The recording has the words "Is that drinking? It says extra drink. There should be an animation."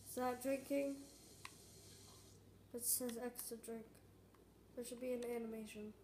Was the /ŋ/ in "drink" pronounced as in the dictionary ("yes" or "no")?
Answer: yes